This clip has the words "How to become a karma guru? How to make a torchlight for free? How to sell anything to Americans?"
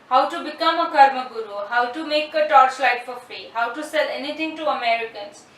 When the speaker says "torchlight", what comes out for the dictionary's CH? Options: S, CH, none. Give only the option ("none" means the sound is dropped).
S